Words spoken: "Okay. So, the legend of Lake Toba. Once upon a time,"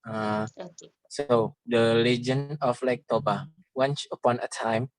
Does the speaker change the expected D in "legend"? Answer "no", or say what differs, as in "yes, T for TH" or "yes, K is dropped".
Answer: yes, D is dropped